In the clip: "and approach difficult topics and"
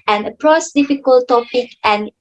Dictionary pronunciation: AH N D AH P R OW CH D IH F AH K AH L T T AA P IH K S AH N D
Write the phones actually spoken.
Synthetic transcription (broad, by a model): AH N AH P R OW S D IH F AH K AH L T T AA P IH K AH N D